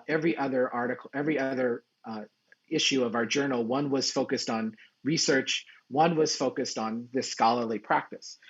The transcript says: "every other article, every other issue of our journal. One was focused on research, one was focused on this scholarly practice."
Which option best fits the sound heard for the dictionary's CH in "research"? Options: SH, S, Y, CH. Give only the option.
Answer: CH